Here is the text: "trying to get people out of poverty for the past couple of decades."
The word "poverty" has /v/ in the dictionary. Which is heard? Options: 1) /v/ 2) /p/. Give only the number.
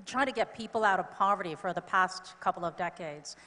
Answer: 1